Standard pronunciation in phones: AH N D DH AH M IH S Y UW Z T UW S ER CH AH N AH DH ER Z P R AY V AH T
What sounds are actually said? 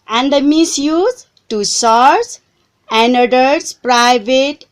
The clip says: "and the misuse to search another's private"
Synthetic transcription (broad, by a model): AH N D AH M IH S Y UW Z T UW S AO S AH N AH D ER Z P R AY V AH T